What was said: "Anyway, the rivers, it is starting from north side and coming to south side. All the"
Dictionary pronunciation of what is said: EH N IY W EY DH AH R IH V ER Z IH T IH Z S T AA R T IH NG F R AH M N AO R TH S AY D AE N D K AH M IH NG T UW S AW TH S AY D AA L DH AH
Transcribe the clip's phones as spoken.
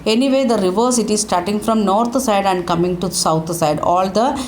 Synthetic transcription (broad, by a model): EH N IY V EY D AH R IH V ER S IH T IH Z S T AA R T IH NG F R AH M N AO R T S AY D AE N D K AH M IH NG T UW S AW T S AY D AA L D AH